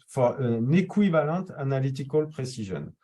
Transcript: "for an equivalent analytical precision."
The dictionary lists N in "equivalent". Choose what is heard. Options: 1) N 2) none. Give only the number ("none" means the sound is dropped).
2